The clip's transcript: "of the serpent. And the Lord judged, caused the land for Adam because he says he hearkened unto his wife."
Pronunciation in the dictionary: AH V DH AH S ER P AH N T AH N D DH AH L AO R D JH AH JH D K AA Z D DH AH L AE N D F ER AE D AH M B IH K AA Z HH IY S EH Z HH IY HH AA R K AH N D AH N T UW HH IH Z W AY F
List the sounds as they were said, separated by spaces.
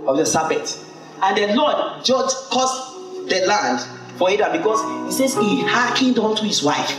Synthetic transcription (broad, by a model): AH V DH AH S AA B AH T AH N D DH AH L AO D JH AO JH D K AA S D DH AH L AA N D F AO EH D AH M B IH K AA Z HH IY S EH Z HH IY HH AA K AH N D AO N T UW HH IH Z W AY F